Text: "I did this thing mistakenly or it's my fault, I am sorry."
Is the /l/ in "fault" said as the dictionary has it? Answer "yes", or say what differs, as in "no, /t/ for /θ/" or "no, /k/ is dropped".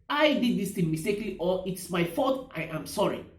no, /l/ is dropped